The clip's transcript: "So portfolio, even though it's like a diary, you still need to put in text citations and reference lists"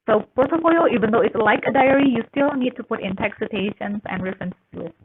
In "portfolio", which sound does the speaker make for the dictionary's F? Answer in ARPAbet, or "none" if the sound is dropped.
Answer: none